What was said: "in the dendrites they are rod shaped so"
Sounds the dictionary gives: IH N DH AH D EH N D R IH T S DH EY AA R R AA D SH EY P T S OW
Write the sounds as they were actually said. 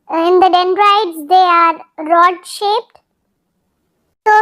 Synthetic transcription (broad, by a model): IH N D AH D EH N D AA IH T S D EY AA R R AA D SH EY P T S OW